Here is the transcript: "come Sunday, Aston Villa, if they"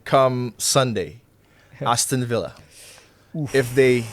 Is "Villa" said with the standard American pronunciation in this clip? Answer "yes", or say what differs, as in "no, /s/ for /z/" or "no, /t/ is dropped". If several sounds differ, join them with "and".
yes